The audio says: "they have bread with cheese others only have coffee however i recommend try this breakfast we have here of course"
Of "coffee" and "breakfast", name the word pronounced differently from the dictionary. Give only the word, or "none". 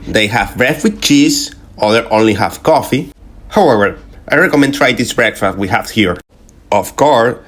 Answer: none